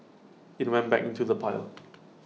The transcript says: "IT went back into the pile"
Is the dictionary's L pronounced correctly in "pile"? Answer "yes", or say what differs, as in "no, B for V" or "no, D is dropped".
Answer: yes